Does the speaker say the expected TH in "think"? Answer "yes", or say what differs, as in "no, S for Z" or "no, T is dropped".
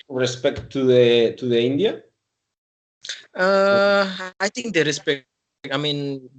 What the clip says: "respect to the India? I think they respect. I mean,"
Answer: no, T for TH